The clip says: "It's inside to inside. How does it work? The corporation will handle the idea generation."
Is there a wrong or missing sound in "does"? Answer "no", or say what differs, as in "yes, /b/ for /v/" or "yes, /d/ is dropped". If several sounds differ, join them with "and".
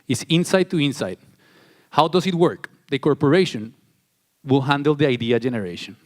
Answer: yes, /s/ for /z/